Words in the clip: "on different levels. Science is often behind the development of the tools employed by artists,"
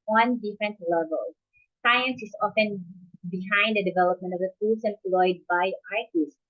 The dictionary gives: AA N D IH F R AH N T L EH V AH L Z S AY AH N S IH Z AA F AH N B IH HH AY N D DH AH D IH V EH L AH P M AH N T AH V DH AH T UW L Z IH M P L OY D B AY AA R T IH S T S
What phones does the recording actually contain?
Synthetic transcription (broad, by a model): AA N D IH F R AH N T L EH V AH L S AY AH N S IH S AA F AH N B IH HH AY N D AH D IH V EH L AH P M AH N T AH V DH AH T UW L S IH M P L OY D B AY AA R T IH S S